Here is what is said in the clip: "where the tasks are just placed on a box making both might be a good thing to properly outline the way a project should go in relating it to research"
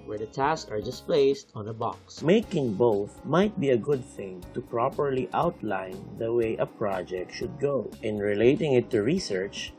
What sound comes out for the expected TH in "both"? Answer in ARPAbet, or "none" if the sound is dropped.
TH